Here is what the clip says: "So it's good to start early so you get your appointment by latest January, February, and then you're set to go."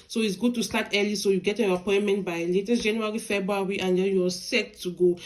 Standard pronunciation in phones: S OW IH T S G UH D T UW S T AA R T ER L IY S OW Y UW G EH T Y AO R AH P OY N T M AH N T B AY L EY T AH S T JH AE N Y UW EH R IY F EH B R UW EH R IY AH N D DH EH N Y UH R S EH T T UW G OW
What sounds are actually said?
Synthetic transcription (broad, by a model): S OW IH T S G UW D T UW S T AA T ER L IY S OW Y UW G EH T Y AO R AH P OY N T M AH N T B AY L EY T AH S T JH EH N Y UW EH R IY F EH B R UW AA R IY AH N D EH L Y S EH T T UW G OW